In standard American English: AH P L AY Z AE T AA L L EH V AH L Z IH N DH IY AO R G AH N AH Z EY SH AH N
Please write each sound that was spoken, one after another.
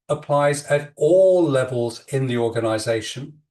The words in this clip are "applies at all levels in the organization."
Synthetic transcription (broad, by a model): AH P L AY Z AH T AA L L EH V AH L Z IH N DH IY AO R G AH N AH Z EY SH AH N